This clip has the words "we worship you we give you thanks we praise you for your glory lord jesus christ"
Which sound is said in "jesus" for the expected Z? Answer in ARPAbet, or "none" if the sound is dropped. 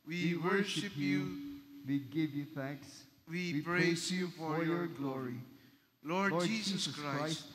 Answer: S